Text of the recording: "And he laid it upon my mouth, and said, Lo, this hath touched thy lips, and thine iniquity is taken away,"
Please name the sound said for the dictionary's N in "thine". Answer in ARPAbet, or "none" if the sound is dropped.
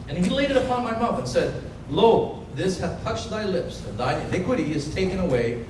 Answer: none